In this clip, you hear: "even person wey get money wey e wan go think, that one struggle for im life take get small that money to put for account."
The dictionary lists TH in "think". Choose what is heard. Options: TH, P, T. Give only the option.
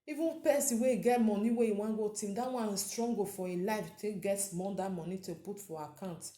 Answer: T